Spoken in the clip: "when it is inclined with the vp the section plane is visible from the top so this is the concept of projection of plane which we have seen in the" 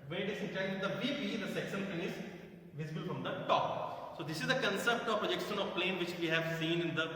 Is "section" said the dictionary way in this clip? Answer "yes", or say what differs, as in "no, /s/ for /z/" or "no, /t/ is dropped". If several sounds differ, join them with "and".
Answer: no, /s/ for /ʃ/